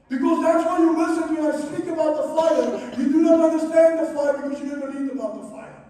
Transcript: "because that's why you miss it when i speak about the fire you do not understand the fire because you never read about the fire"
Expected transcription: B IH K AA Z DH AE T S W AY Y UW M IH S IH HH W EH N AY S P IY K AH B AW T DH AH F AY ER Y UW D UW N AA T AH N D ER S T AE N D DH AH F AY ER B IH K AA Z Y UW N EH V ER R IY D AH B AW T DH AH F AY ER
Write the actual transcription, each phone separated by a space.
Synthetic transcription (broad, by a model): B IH K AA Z DH AE T S W AY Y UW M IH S IH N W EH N AY S P IY K AH B AW T DH AH F AY ER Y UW D UW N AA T AH N D ER S T AE N D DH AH F AY ER B IH K AA Z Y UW N EH V ER L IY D AH B AW T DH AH F AY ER